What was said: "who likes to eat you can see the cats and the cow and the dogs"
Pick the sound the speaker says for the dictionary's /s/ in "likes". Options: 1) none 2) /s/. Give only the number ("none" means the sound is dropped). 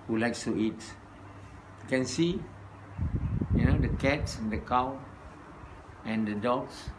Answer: 2